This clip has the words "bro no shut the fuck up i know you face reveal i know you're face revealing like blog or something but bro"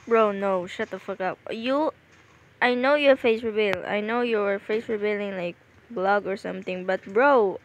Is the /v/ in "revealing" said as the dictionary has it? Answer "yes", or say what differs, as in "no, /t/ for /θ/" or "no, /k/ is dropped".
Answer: no, /b/ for /v/